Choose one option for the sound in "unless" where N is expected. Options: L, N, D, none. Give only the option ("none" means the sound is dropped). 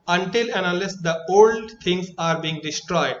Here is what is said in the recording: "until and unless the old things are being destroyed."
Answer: none